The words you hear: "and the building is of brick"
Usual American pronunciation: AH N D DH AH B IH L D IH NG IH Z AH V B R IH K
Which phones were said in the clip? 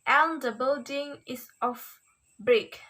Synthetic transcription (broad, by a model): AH N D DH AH B IH L D IH NG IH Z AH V B R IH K